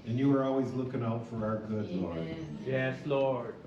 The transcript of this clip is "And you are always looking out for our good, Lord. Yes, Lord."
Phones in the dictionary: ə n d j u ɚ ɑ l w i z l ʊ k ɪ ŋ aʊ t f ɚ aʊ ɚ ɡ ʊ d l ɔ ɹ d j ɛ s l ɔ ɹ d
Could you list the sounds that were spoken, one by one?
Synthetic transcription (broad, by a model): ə n j u ɚ ɑ l w i z l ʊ k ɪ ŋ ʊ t f ɚ aʊ ɚ ɡ ʊ d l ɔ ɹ j ɛ s l ɔ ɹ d